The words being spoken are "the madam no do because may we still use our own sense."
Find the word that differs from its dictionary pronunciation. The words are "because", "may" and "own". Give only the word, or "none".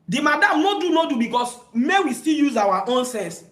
because